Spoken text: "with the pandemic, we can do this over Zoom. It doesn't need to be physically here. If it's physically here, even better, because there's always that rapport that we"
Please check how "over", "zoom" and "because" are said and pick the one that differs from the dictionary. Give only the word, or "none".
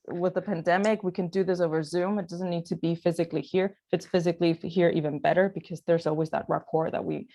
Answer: none